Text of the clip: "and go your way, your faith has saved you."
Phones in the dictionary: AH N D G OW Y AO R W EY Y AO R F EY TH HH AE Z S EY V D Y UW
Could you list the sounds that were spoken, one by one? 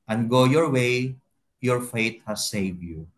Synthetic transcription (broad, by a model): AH N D G OW Y AO R W EY Y AO R F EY T HH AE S EY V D Y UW